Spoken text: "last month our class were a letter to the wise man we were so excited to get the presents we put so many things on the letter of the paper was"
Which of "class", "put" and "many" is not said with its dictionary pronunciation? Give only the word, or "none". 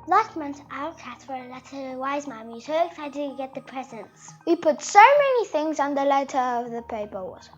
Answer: class